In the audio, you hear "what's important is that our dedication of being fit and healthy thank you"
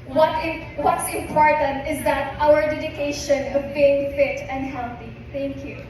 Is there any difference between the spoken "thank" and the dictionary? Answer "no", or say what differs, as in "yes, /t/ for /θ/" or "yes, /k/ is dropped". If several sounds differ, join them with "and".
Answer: yes, /t/ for /θ/